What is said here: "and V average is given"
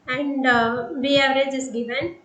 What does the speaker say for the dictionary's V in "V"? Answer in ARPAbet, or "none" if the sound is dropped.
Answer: B